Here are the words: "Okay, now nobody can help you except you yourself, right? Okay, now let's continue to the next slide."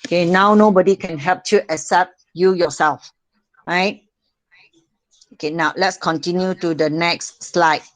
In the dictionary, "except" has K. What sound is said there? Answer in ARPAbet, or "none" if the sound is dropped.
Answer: none